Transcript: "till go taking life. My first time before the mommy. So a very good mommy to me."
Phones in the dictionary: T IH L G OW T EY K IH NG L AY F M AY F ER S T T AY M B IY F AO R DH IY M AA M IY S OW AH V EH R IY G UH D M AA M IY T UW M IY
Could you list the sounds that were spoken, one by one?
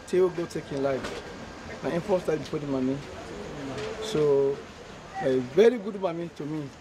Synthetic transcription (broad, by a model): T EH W G OW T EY K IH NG L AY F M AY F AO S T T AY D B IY P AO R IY M AA M IY S OW V EH R IY G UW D M AA M IY T UW M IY